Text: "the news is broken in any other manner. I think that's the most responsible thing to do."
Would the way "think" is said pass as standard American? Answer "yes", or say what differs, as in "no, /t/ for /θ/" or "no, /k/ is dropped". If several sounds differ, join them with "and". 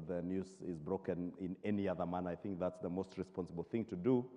yes